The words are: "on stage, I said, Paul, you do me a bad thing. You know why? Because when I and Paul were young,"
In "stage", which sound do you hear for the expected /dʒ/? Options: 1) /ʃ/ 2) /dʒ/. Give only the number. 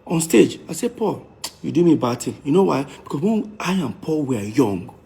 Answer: 2